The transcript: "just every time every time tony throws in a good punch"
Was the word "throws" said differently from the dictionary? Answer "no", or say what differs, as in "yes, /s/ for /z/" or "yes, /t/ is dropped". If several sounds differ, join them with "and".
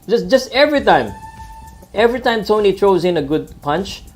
yes, /t/ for /θ/